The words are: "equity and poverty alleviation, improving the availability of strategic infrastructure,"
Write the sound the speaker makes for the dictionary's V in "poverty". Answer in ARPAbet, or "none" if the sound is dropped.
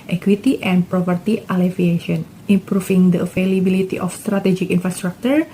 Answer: P